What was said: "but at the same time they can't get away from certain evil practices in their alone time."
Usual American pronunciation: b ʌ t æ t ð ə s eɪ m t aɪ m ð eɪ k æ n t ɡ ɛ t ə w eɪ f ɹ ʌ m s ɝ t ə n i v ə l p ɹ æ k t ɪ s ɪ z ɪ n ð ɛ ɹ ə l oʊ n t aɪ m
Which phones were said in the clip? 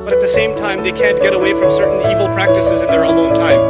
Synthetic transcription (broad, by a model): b ʌ t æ t ð ə s eɪ m t aɪ m ð eɪ k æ n ɡ ɛ t ə w eɪ f ɹ ʌ m s ɝ t n i v l p ɹ æ k t ɪ s ɪ z ɪ n ð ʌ ɹ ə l oʊ n t aɪ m